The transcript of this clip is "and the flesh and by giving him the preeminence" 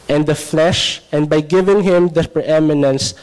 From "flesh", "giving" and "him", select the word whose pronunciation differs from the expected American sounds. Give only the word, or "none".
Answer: none